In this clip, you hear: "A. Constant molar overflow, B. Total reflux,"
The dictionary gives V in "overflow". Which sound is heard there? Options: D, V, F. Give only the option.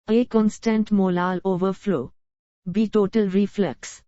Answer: V